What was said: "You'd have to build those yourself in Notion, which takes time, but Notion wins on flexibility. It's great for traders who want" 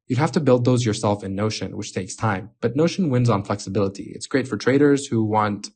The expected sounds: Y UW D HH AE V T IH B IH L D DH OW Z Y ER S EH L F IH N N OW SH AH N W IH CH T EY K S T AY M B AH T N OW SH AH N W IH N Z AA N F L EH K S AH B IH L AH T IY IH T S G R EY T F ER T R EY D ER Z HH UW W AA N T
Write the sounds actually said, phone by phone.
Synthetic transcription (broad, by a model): Y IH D HH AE F T IH B IH L D DH OW Z Y ER S EH L F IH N N OW SH AH N W IH CH T EY K S T AY M B AH T N OW SH AH N W IH N Z N F L EH K S AH B IH L AH T IY IH T S G R EY T F ER T R EY D ER Z HH UW W AA N T